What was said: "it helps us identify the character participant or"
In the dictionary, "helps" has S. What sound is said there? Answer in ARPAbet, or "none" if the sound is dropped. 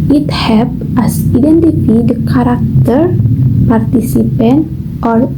none